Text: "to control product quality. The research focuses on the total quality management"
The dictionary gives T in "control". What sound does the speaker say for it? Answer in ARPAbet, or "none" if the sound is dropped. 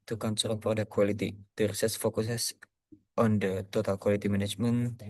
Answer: S